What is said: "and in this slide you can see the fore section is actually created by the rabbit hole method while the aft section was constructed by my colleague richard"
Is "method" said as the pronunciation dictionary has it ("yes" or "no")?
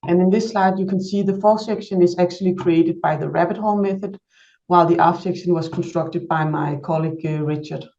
yes